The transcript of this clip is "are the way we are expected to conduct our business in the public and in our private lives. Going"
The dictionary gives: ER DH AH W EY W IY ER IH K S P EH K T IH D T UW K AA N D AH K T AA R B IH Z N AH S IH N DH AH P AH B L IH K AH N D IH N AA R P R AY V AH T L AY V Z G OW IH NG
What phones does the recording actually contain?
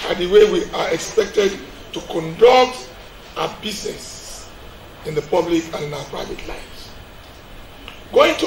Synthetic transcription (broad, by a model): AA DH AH W EY W IY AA IH K S P EH K T IH D T UW K AA N D AH K T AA B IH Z N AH S IH N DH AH P AH B L IH K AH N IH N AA P R AY V AH T L AY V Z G OW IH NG